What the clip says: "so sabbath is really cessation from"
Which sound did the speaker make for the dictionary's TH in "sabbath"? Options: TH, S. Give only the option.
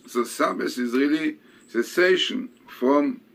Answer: S